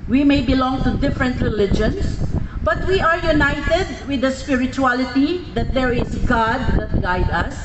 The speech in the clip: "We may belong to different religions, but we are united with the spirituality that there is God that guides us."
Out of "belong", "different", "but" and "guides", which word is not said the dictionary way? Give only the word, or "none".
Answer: guides